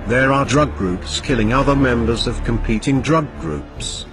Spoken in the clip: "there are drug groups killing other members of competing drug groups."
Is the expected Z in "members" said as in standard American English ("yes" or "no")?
yes